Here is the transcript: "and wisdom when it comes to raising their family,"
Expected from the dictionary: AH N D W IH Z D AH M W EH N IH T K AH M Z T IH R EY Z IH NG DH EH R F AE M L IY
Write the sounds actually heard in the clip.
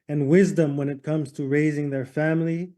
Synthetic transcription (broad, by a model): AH N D W IH Z D AH M W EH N IH T K AH M Z T IH R EY Z IH NG DH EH R F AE M L IY